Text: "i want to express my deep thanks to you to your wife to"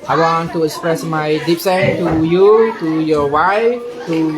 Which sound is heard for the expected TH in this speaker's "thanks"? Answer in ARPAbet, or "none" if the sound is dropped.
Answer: S